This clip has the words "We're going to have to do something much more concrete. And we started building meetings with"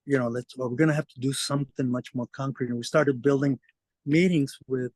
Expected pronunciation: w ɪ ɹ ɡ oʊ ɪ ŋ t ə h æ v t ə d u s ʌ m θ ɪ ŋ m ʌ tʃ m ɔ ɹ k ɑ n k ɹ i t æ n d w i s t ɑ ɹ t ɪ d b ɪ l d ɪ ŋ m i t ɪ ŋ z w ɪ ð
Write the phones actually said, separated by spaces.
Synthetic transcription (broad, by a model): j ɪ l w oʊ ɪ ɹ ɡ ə h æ f t ə d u s ʌ m θ ɪ ŋ m ʌ tʃ m ɔ ɹ k ɑ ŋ k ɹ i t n w i s t ɑ ɹ t ɪ d b ɪ l d ɪ ŋ m i t ɪ ŋ z w ɪ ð